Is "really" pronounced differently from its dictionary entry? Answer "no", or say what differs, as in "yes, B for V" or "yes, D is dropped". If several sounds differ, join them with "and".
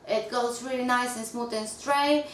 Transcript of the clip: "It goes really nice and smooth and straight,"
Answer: no